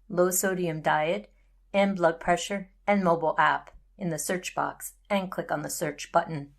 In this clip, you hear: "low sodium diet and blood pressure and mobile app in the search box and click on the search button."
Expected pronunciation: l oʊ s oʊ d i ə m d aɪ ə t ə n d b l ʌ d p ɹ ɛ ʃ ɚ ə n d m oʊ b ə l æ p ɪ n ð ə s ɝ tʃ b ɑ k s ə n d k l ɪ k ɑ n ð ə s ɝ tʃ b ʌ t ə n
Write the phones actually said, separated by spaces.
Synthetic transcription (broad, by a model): l oʊ s oʊ d i ə m d aɪ ə t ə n b l ʌ d p ɹ ɛ ʃ ɚ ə n m oʊ b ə l æ p ɪ n ð ə s ɝ tʃ b ɑ k s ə n k l ɪ k n ð ə s ɝ tʃ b ʌ t n